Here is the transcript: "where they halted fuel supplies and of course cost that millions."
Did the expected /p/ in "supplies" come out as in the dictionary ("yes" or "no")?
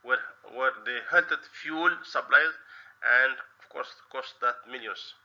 no